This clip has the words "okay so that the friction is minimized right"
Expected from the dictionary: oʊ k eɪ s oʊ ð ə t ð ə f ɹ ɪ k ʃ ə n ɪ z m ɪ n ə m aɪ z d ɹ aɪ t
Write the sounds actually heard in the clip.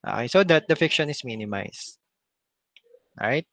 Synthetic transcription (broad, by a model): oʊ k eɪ s oʊ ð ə t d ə f ɪ k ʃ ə n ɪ s m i n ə m aɪ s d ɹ aɪ t